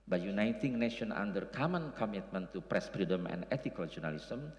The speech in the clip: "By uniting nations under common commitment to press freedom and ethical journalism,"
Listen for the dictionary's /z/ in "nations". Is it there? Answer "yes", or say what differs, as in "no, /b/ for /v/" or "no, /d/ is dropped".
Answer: no, /z/ is dropped